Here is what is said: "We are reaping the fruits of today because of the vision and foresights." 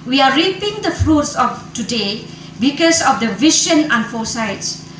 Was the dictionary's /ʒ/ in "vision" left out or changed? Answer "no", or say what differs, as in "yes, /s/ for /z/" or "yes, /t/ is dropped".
yes, /ʃ/ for /ʒ/